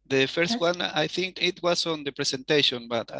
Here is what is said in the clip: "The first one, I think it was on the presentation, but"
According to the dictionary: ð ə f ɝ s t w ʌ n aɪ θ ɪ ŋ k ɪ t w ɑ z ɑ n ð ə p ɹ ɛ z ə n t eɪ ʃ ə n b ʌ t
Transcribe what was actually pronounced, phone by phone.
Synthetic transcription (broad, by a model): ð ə f ɝ s t w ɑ n aɪ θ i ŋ k ɪ t w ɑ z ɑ n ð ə p ɹ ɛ s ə n t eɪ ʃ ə n b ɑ t